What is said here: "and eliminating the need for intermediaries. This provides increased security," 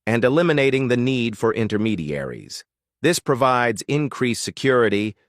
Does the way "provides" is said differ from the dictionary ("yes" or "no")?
no